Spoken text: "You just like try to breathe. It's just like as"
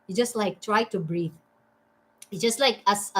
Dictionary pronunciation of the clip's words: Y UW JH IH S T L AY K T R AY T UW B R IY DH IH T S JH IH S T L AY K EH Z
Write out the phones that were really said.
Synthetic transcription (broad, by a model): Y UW JH IH S T L AY K T R AY T UW B R IY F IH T JH IH S T L AY K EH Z